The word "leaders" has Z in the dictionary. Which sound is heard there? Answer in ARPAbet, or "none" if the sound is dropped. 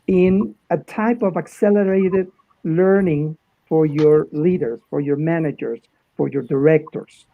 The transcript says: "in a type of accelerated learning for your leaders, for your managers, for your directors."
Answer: S